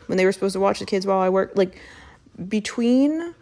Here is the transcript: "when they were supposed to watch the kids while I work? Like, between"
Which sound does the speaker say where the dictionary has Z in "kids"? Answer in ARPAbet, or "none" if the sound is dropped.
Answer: Z